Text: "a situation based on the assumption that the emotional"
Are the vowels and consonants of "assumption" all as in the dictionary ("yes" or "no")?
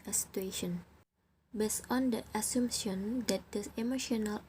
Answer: no